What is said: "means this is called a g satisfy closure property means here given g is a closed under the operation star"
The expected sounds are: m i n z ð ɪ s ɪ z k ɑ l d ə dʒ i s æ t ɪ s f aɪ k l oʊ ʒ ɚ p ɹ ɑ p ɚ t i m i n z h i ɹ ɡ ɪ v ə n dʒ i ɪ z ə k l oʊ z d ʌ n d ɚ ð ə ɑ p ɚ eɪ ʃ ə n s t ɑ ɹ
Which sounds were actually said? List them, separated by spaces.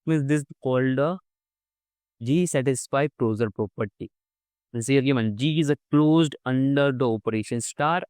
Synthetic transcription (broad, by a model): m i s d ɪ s k ɑ l d ə dʒ i s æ t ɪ s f aɪ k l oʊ z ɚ p ɹ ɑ p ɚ t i i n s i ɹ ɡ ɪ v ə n dʒ i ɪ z ə k l oʊ z d ʌ n d ɚ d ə ɑ p ɚ eɪ ʃ ə n s t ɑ ɹ